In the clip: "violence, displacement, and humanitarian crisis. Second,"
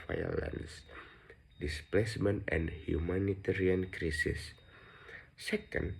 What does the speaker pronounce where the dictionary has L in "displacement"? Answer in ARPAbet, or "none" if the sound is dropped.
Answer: L